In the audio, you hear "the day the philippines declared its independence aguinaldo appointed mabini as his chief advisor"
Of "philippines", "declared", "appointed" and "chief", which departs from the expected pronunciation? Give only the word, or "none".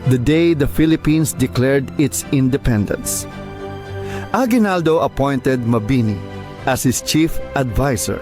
philippines